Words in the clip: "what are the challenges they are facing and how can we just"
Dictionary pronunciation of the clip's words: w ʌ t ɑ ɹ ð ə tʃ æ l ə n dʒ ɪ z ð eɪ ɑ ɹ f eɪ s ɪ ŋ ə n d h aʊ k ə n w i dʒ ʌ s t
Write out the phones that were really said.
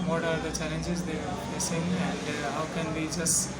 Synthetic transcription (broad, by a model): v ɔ t ɑ ɹ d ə tʃ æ l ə n dʒ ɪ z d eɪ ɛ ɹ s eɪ ɪ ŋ ə n d h aʊ k ə n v i dʒ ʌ s t